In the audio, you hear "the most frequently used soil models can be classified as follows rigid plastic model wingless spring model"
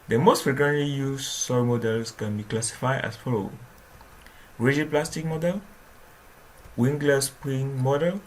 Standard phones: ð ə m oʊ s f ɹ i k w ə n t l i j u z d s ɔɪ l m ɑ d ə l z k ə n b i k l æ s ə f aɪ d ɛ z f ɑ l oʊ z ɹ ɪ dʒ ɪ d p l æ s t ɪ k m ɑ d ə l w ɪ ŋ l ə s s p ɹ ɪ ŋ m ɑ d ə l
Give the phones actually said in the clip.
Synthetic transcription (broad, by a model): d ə m oʊ s f ɹ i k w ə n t l i j u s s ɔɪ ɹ m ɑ d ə l s k ə n b i k l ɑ s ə f aɪ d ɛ s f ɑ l oʊ ɹ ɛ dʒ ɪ p l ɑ s t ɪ k m ɑ d ə l w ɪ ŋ l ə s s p ɪ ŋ m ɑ d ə l